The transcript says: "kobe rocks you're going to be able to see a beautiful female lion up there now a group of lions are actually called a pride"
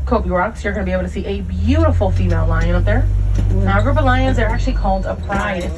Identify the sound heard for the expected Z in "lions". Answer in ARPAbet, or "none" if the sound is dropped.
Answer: Z